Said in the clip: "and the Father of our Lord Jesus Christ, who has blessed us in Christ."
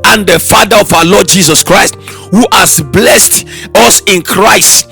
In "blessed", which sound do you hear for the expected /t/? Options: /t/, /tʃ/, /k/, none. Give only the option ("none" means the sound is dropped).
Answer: /t/